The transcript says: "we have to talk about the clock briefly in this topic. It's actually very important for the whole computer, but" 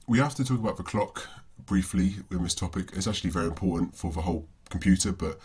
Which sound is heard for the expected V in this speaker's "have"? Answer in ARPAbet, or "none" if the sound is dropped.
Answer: F